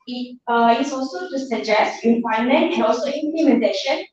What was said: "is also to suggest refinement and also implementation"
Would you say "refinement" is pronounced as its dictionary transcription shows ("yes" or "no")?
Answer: no